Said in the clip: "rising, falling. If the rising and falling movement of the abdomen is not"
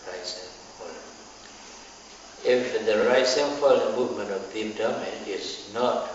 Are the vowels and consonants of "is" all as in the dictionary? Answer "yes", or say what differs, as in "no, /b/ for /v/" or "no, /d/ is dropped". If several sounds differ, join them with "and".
no, /s/ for /z/